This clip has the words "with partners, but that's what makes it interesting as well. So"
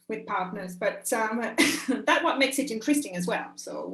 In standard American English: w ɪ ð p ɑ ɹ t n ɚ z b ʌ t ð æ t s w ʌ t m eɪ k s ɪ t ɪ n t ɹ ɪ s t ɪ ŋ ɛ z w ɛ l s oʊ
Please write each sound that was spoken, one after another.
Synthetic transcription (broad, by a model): w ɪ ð p ɑ ɹ t n ɚ z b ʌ t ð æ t w ʌ t m eɪ k s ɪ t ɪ n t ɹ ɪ s t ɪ ŋ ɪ z w ɛ l s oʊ